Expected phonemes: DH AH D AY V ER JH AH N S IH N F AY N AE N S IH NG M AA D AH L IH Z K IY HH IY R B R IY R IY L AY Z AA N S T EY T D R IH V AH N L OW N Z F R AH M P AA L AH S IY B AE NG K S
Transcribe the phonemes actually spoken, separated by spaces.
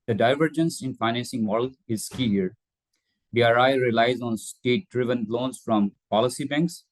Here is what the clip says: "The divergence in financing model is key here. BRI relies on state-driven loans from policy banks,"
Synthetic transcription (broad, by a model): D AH D AY V ER JH AH N S IH N F AY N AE N S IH NG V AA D L IH Z K IY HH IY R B R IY R IY L AY Z AA N S T EY T D R IH V AH N L OW N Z F R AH M P AA L AH S IY B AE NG K S